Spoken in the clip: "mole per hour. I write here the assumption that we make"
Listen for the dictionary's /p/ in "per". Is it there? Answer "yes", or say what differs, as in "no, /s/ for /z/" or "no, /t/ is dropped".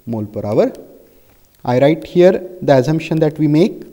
yes